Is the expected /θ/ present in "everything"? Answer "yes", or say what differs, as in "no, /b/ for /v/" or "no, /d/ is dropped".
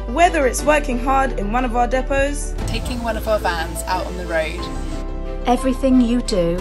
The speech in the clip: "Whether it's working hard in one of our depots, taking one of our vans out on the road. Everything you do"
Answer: yes